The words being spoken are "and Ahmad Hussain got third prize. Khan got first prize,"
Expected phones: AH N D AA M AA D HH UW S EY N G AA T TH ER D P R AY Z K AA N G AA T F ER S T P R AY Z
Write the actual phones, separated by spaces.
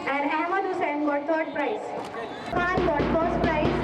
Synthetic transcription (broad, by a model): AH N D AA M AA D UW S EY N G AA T T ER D P R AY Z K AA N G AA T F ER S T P R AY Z